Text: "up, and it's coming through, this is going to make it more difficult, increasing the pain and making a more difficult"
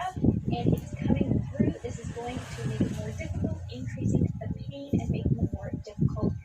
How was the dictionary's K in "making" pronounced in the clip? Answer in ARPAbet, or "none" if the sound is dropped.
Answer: none